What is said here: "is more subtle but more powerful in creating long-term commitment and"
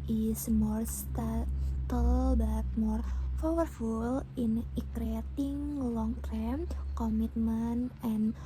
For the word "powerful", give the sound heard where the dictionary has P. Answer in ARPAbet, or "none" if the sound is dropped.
F